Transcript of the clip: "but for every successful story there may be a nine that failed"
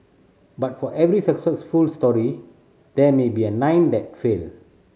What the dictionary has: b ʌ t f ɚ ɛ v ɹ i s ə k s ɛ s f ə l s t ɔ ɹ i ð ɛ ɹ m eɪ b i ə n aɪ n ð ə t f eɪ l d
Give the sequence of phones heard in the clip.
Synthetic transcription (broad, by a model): b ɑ t f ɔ ɛ v ɹ i s ə k s ɛ s f ə l s t ɔ ɹ i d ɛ m eɪ b i ə n aɪ n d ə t f eɪ l